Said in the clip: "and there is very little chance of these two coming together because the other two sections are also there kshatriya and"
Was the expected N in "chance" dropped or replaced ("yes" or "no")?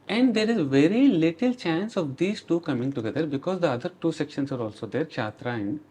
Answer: no